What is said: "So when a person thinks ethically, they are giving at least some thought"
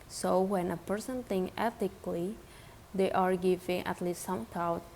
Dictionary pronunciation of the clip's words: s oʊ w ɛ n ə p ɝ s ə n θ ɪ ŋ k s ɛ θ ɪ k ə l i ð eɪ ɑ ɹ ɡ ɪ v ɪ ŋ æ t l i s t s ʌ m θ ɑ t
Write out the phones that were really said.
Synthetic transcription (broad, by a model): s oʊ w ɛ n ə p ɝ s ə n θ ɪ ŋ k ɛ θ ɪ k l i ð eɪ ɑ ɹ ɡ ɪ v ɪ ŋ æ t l i s t s ʌ m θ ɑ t